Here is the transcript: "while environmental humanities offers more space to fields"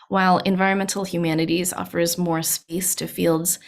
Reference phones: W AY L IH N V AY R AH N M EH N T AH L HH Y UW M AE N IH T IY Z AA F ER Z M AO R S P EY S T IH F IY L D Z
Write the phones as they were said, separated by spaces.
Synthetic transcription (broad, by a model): W AY L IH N V AY R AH N M EH N T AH L HH Y UW M AE N IH T IY Z AA F ER Z M AO R S P EY S T IH F IY L D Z